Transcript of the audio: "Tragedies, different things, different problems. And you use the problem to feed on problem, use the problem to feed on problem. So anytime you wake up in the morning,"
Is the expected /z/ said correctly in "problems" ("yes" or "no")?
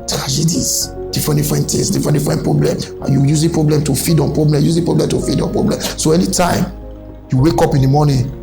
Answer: no